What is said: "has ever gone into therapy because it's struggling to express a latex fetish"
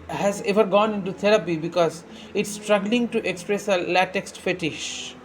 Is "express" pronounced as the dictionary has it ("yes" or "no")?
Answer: yes